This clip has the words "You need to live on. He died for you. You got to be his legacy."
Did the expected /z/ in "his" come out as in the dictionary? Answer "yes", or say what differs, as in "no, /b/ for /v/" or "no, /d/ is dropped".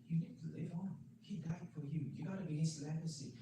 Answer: no, /s/ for /z/